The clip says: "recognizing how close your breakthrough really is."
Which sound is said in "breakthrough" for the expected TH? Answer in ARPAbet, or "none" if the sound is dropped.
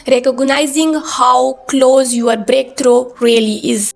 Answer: T